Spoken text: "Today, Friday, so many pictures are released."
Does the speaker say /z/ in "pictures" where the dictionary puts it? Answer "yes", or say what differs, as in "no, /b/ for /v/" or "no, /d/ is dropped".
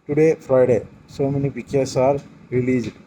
no, /s/ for /z/